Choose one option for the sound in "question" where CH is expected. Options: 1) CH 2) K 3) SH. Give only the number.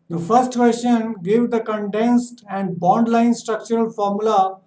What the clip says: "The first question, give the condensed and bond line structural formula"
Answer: 3